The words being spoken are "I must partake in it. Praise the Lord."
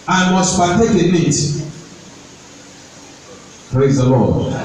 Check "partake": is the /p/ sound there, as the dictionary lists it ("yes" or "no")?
no